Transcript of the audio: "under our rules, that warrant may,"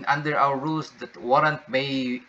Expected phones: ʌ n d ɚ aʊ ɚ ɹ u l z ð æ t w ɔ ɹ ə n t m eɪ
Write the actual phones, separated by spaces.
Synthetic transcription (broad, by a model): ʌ n d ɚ aʊ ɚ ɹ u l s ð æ t w ɔ ɹ ə n t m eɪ